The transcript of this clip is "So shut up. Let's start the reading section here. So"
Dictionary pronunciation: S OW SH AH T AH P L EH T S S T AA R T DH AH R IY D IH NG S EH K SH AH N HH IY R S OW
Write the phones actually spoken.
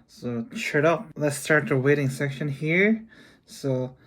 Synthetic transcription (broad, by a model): S OW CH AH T AH P L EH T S S T AA R T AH W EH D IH NG S EH K SH AH N HH IY R S OW